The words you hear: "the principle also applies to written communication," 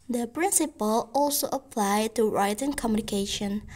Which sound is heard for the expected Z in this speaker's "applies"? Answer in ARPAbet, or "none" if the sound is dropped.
none